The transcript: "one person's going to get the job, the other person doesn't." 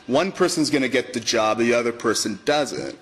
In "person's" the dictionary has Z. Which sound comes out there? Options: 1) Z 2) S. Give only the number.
1